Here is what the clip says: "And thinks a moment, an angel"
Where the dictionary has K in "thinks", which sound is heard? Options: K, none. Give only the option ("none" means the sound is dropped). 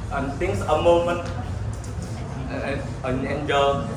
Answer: none